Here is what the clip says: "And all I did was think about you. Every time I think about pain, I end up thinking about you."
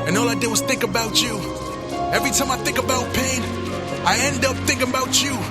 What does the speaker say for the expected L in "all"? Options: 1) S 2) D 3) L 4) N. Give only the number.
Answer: 3